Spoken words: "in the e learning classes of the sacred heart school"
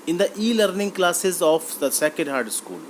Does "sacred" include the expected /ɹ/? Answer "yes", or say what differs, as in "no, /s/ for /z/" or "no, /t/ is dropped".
no, /ɹ/ is dropped